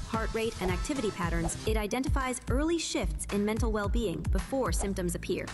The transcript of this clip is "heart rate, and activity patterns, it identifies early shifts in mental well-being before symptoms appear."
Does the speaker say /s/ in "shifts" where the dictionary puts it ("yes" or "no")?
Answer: yes